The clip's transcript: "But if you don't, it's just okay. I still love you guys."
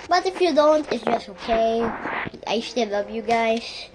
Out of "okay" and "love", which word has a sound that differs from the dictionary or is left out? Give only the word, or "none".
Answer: love